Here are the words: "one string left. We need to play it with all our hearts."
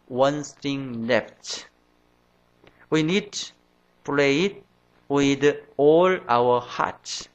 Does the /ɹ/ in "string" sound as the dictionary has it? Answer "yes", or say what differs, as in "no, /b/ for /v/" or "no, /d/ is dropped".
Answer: no, /ɹ/ is dropped